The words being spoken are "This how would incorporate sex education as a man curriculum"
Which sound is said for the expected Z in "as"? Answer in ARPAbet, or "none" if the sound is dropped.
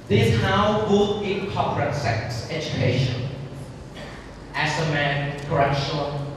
S